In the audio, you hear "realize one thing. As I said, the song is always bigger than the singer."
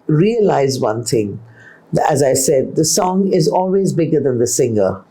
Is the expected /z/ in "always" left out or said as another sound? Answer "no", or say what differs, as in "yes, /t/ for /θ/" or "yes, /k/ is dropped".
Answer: no